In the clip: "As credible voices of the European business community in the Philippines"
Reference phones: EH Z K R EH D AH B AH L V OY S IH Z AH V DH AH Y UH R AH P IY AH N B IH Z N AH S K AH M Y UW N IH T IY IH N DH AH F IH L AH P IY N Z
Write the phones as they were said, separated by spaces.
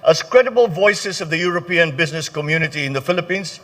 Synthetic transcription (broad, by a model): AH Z K R EH D AH B AH L V OY S IH Z AH V DH AH Y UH R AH P IY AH N B IH Z N AH S K AH M Y UW N IH T IY IH N DH AH F IH L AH P IY N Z